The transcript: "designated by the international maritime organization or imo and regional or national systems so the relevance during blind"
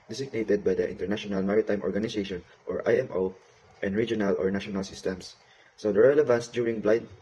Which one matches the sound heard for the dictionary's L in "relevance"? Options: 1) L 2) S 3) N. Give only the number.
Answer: 1